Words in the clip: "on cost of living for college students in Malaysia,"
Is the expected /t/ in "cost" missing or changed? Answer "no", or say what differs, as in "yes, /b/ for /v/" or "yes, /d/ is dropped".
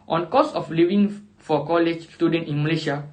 yes, /t/ is dropped